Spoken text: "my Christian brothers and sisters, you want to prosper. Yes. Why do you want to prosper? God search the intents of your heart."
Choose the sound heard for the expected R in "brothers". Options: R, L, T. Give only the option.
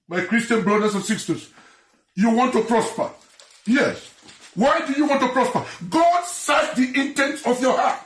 L